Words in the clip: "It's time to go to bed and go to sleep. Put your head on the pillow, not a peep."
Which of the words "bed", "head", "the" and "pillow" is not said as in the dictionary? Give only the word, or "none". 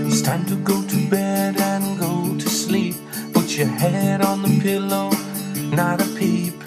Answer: none